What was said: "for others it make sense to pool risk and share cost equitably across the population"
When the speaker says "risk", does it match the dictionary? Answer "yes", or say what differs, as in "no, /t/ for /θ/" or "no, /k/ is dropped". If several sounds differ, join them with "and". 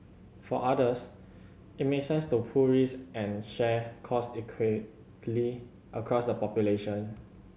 no, /k/ is dropped